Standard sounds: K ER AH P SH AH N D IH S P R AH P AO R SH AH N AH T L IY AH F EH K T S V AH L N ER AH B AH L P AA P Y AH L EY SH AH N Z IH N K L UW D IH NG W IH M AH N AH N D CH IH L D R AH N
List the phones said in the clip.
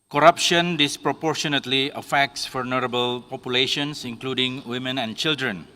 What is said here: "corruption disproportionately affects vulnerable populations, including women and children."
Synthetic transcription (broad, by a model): K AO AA P SH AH N D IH S P R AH P AO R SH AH N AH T L IY AH F EH K T S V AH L N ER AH B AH L P AA P Y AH L EY SH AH N S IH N K L UW D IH NG W IH M AH N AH N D CH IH L D R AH N